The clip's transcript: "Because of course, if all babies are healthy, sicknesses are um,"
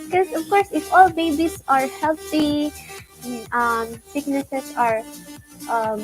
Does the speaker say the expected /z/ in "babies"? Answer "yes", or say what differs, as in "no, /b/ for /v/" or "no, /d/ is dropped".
no, /s/ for /z/